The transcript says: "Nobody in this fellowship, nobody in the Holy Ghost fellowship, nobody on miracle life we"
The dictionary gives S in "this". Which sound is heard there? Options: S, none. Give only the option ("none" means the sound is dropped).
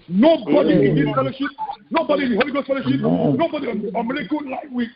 none